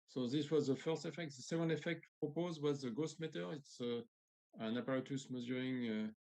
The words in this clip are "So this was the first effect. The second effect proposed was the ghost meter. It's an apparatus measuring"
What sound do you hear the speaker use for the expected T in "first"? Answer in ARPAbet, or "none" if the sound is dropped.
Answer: T